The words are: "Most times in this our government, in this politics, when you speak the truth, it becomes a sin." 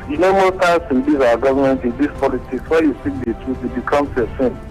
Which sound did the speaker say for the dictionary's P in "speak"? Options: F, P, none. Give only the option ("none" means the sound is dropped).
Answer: none